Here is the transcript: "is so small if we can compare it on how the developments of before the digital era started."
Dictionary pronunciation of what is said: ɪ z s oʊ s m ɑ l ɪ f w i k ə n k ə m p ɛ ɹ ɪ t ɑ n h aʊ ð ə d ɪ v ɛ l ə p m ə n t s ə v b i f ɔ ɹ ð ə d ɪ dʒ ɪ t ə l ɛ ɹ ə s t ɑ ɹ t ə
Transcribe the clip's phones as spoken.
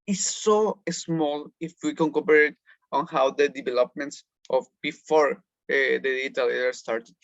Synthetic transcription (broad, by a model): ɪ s oʊ s m ɑ l ɪ f w i k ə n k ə p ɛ ɹ ɪ t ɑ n h aʊ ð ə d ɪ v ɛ l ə p m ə n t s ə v b i f ɔ ɹ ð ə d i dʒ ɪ t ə l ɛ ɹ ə s t ɑ ɹ t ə